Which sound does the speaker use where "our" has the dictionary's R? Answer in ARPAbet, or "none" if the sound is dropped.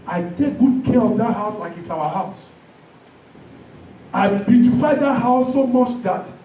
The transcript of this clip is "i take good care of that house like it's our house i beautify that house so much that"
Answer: W